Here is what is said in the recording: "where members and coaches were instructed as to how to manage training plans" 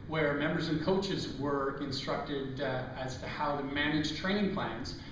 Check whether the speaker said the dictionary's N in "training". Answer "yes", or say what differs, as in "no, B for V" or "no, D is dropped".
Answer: no, N is dropped